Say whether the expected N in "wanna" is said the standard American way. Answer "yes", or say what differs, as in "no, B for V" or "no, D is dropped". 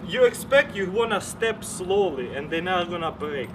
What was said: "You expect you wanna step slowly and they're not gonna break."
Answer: yes